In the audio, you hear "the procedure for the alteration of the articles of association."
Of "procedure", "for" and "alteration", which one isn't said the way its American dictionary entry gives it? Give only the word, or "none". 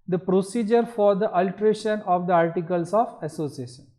none